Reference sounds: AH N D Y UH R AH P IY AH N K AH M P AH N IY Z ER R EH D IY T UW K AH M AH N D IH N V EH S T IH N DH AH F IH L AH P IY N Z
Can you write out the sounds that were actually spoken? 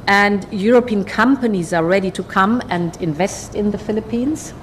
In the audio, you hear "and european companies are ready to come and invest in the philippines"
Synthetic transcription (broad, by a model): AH N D Y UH R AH P IY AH N K AH M P AH N IY Z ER R EH D IY T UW K AH M AH N D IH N V EH S T IH N DH AH F IH L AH P IY N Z